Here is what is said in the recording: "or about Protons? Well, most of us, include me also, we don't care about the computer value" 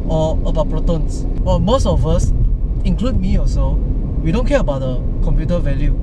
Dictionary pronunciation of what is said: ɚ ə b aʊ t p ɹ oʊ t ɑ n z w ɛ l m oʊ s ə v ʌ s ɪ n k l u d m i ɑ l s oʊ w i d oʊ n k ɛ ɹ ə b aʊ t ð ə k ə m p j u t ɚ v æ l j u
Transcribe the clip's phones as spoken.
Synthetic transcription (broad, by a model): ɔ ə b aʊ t p ɹ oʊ t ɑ n s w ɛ m oʊ s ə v ʌ s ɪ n k l u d m i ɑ s oʊ w i d oʊ n k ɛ ə b aʊ t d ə k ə m p j u t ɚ v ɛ l j u